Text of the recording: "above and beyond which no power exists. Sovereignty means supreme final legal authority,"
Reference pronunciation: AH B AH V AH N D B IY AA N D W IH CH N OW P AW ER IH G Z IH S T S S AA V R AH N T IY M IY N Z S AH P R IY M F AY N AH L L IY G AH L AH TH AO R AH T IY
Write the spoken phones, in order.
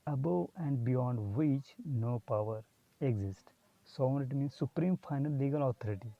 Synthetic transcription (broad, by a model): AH B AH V AH N D B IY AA N D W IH CH N OW P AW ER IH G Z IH S T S S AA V AH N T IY M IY N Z S AH P R IY M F AY N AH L L IY G AH L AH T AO R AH T IY